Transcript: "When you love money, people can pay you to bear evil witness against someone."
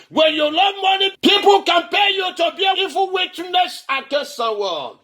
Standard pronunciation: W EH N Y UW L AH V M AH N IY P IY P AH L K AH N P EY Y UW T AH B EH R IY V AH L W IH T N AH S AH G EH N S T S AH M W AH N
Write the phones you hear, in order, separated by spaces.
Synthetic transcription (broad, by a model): W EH N Y UW L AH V M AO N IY P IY P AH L K AH N P EY Y UW T AH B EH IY F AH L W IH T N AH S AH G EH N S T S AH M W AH